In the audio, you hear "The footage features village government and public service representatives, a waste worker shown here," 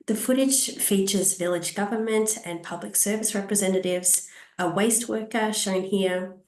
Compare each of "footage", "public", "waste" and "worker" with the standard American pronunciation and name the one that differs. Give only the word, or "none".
none